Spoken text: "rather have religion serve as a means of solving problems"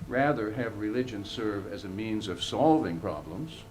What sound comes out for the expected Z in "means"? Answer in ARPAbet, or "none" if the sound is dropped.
Z